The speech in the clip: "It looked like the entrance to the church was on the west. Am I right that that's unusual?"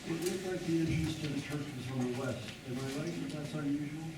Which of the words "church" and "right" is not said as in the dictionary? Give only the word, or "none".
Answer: right